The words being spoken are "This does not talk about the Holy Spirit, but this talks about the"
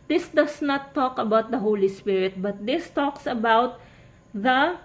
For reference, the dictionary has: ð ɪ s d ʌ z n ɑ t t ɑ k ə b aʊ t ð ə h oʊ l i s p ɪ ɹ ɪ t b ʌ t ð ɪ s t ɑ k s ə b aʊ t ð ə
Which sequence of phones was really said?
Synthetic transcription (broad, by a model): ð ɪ s d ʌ s n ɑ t t ɑ k ə b aʊ t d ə h oʊ l i s p ɪ ɹ ɪ t b ʌ t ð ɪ s t ɑ k s ə b aʊ t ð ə